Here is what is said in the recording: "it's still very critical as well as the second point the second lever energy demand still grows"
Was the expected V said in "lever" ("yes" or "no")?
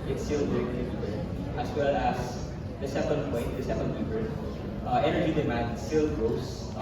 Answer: no